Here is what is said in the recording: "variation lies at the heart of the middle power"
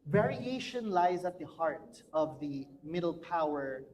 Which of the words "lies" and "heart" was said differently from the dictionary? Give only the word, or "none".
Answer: none